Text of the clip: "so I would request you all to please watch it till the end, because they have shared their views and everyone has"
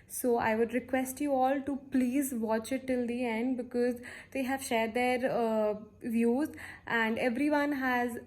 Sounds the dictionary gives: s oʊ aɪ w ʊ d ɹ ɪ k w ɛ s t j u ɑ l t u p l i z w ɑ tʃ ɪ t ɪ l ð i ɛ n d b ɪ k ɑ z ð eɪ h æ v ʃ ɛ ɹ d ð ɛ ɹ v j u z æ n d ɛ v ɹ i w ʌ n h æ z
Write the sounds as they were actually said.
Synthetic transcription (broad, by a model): s oʊ aɪ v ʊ d ɹ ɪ k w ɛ s t j u ɑ l t u p l i z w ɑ tʃ ɪ t ɪ l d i ɛ n d b ɪ k ɑ z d eɪ h æ v ʃ ɛ ɹ d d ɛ ɹ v j u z æ n d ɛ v ɹ i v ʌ n h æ z